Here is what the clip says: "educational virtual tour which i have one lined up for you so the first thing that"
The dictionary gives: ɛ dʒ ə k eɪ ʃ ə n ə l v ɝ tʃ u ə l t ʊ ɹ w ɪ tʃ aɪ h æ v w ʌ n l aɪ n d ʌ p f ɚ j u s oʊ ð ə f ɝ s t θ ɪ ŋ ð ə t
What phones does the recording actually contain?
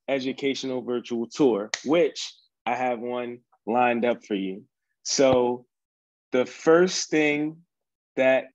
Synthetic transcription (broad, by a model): ɛ dʒ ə k eɪ ʃ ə n l v ɝ tʃ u l t ʊ ɹ w ɪ tʃ aɪ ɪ v w ʌ n l aɪ n d ʌ p f ɚ j u s oʊ ð ə f ɝ s θ ɪ ŋ ð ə t